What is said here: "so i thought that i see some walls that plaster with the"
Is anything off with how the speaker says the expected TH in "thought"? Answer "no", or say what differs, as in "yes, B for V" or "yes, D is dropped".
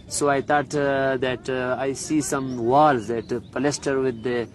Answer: yes, T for TH